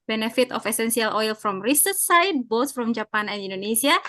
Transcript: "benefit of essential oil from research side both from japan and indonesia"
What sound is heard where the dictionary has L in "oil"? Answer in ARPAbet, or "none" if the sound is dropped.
L